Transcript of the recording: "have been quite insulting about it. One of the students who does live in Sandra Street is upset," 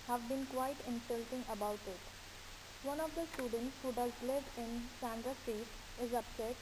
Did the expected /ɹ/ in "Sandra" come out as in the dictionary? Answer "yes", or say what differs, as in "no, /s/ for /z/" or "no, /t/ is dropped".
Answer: yes